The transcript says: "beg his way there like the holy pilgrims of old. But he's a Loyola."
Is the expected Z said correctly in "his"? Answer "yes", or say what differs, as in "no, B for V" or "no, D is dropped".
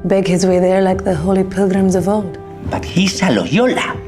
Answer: yes